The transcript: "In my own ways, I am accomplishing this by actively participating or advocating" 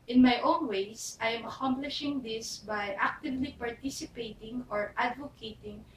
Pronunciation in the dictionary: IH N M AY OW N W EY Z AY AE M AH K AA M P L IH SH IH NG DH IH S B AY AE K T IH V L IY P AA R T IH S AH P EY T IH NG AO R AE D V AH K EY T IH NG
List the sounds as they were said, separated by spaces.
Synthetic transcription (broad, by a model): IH N M AY OW N W EY S AY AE M AH K AA M P L IH SH IH NG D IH S B AY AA K T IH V L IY P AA R T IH S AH P EY T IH NG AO R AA D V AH K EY T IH NG